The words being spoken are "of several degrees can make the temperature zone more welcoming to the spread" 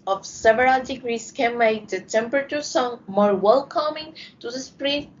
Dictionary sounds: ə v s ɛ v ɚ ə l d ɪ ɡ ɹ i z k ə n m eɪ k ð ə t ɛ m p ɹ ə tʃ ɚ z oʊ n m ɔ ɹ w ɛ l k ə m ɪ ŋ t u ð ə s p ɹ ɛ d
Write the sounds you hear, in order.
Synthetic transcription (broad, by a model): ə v s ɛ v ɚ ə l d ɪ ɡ ɹ i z k ə n m eɪ k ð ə t ɛ m p ɹ ə tʃ ɚ s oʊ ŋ m ɔ ɹ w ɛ l k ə m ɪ ŋ t u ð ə s p ɹ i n